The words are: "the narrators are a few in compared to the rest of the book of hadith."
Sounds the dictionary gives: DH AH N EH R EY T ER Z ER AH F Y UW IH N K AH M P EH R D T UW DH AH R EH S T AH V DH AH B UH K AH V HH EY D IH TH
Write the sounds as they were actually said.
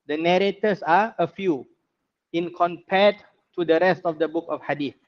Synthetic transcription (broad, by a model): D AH N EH R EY T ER S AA AH F Y UW IH N K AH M P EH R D T UW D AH R EH S T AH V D AH B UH K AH F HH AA D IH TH